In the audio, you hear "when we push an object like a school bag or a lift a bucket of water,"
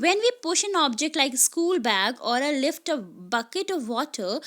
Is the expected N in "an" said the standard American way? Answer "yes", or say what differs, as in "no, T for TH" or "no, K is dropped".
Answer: yes